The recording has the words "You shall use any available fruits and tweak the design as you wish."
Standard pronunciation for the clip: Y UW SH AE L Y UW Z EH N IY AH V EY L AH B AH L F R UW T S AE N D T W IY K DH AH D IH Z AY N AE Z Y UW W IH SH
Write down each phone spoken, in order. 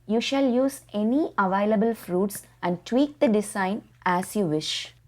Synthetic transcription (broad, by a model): Y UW SH AE L Y UW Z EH N IY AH V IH L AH B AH L F R UW T S AE N D T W IY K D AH D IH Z AY N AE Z Y UW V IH SH